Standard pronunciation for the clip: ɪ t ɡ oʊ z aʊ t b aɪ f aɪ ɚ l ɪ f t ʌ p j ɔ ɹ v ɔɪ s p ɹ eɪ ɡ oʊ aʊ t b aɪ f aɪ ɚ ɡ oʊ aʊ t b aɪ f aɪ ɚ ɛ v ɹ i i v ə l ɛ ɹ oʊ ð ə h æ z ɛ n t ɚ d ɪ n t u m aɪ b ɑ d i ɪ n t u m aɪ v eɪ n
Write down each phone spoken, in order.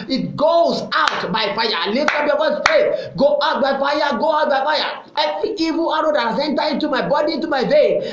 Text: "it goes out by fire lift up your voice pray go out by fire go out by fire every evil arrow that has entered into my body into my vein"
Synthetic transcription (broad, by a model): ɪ t ɡ oʊ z aʊ t b aɪ f aɪ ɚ l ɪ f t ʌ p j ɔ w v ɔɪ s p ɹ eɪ ɡ oʊ aʊ t b aɪ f aɪ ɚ ɡ oʊ aʊ t b aɪ f aɪ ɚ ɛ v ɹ i i v ə l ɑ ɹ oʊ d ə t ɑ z ɛ n t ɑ ɪ n t u m aɪ b ɑ d i ɪ n t u m aɪ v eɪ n